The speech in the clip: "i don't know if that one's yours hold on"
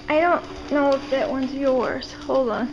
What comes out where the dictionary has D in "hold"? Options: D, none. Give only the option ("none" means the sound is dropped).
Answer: none